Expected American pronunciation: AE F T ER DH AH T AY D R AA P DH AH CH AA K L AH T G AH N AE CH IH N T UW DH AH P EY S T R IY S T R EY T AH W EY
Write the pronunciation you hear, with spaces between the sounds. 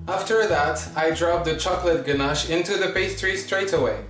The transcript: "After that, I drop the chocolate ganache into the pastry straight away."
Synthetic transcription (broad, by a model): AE F T ER DH AH T AY D R AA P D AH CH AA K L AH T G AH N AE SH IH N T UW DH AH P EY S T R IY S T R EY T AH W EY